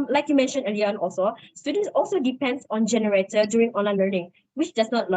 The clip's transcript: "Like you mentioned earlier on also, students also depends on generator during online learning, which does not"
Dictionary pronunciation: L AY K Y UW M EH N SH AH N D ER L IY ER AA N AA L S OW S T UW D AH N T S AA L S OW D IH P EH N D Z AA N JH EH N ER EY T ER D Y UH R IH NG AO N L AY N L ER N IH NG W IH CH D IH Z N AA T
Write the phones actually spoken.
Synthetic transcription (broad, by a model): L AY K Y UW M EH N SH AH N ER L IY AA N AA L S OW S T UW D AH N T S AA L S OW D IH P EH N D S AA N JH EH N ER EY T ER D Y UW R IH NG AO N L AY N L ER N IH NG W IH CH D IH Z N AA T